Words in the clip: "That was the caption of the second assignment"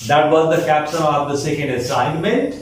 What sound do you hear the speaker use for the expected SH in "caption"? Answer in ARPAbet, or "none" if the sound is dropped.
S